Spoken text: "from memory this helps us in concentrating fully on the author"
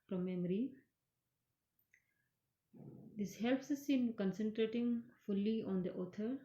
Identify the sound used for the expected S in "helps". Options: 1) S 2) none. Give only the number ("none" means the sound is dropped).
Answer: 1